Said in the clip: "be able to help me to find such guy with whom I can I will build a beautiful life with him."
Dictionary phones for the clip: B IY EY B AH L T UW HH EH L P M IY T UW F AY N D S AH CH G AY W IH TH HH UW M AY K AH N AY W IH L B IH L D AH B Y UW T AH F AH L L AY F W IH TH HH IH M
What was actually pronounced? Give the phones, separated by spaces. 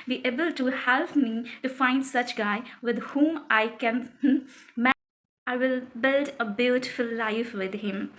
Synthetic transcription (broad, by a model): B IY EY B AH L T UW HH EH L P M IY T UW F AY N D S AH CH G AY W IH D HH UW M AY K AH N AY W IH L B IH L D AH B Y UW T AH F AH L L AY F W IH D HH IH M